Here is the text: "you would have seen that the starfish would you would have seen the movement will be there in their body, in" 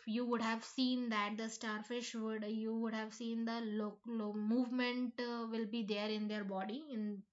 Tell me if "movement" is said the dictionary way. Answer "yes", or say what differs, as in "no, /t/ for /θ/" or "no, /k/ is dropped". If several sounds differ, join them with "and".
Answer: yes